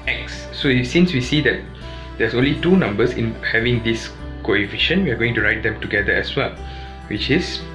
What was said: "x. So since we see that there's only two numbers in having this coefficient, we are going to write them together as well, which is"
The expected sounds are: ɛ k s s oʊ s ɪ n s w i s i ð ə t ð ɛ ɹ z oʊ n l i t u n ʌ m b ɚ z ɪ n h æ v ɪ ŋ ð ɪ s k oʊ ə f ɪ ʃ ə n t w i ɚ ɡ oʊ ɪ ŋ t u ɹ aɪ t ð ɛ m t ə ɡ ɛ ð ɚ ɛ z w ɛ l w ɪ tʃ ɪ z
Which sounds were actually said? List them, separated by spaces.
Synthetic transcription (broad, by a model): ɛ k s s oʊ s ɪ n s w i s i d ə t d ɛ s oʊ n l i t u n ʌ m b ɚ s ɪ n h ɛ v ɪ ŋ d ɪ s k oʊ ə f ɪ ʃ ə n w i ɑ ɡ oʊ ɪ ŋ t u ɹ aɪ t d ɛ m t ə ɡ ɛ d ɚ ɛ s w ɛ l w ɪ tʃ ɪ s